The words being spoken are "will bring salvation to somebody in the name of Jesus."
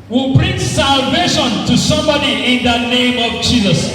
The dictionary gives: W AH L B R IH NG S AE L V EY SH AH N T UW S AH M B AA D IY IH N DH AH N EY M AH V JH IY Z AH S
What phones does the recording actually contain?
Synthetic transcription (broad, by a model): W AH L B R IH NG S AE L V EY SH AH N T UW S AH M B AA D IY IH N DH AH N EY M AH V JH IY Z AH S